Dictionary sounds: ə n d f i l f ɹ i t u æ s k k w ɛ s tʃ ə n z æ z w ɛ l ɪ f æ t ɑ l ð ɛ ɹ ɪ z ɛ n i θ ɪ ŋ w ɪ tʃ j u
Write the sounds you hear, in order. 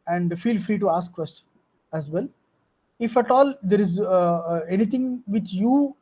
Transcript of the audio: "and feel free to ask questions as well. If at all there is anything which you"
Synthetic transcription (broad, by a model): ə n d f i l f ɹ i t u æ s k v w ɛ s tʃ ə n æ z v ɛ l ɪ f æ t ɑ l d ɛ ɹ ɪ z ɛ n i t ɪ ŋ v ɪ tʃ j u